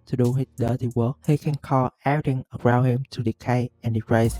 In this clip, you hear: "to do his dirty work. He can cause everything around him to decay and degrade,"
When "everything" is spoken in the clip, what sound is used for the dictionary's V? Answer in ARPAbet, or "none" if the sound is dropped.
none